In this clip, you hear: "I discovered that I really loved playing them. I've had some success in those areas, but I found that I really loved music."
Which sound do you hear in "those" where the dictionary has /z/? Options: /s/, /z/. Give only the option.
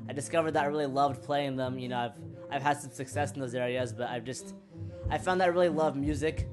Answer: /z/